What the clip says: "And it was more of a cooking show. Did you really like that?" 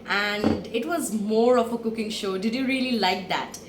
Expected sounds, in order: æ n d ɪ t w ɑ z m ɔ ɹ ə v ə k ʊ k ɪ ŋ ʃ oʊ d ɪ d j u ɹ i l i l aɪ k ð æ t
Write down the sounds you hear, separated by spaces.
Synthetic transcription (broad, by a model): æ n d ɪ t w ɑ z m ɔ ɹ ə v ə k ʊ k ɪ ŋ ʃ oʊ d ɪ d j u ɹ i l i l aɪ k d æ t